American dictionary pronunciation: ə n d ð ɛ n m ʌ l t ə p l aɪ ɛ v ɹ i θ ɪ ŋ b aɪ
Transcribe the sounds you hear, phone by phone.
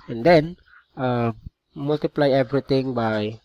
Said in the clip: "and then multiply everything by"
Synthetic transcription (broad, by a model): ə n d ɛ n m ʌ l t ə p l aɪ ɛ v ɹ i t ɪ ŋ b aɪ